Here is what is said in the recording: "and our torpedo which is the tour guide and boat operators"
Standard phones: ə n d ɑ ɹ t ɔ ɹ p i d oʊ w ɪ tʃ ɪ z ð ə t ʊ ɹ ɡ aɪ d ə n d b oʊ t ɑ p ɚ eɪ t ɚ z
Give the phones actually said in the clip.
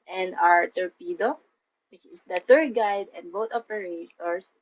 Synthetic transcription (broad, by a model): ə n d ɑ ɹ t ɔ ɹ p i d oʊ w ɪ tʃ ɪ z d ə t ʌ ɹ ɡ aɪ d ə n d b oʊ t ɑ p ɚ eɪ t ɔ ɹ